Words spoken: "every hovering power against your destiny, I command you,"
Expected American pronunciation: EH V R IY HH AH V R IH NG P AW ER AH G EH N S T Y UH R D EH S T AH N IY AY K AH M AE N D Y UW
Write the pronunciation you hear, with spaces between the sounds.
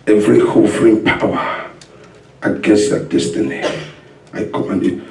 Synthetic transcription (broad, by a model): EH V R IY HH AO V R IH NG P AW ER AH G EH N S T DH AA D EH S T AH N IY AY K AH M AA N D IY